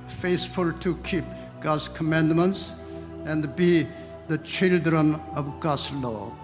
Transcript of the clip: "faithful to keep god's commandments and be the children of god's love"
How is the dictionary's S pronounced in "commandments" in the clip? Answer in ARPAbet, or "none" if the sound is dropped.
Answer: S